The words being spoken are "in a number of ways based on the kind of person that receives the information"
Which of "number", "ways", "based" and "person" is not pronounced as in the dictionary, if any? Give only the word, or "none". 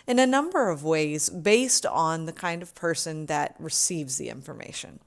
none